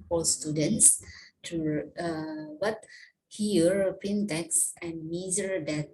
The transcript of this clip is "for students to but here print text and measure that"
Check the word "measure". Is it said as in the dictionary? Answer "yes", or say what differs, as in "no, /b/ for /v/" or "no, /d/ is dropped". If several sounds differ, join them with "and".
no, /z/ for /ʒ/